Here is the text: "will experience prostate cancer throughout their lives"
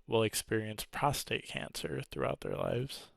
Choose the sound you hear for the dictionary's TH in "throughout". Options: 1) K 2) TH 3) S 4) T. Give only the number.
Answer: 2